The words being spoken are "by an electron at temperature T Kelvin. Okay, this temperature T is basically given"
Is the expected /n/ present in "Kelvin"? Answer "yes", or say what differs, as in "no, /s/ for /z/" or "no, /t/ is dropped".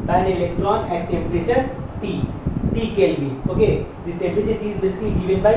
no, /n/ is dropped